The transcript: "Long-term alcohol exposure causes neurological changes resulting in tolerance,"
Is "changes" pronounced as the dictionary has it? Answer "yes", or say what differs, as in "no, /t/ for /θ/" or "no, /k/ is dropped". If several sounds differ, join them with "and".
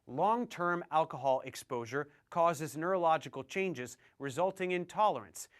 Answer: yes